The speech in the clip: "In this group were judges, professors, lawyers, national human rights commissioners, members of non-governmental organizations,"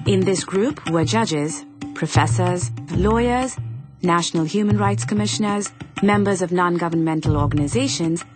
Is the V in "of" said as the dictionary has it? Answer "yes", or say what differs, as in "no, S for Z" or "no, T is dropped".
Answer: yes